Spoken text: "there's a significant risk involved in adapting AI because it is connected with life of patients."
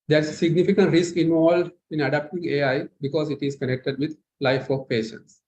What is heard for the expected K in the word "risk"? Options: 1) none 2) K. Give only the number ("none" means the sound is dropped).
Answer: 2